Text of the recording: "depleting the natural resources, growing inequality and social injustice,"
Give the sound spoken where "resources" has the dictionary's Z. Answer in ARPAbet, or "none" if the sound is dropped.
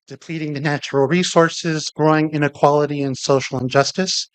Z